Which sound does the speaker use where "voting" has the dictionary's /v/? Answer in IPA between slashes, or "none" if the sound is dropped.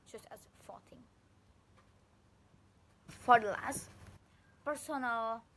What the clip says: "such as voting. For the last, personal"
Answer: /f/